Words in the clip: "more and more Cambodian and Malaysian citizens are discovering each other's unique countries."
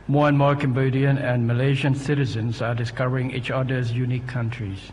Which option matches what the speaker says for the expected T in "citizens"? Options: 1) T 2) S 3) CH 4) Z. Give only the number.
1